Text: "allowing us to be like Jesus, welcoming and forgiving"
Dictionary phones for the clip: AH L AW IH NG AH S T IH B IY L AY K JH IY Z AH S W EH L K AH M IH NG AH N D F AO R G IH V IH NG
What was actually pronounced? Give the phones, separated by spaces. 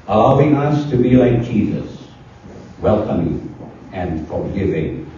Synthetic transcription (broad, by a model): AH L AW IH NG AH S T IH B IY L AY K JH IY Z AH S W EH L K AH M IH NG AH N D F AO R G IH V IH NG